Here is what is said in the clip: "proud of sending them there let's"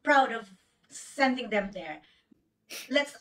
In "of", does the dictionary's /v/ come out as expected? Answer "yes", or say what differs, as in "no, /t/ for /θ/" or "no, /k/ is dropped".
yes